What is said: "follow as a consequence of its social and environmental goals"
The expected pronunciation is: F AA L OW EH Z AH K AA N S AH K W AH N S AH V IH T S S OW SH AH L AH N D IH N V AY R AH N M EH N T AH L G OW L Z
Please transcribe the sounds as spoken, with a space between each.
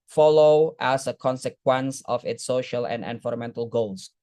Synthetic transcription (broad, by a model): F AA L OW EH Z AH K AA N S AH K W AH N S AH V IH T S S OW SH AH L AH N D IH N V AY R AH M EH N T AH L G OW L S